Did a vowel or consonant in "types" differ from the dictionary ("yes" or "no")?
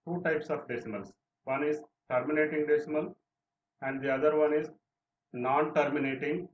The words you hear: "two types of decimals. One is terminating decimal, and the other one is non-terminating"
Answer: no